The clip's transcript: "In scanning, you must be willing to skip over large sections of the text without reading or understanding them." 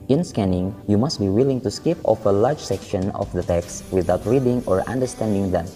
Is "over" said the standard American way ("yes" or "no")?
no